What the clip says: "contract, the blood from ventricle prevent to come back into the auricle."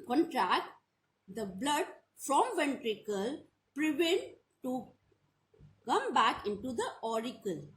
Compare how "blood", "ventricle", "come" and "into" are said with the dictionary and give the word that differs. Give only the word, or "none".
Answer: none